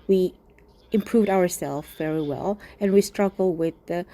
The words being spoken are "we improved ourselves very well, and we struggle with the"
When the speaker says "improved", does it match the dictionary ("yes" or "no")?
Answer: yes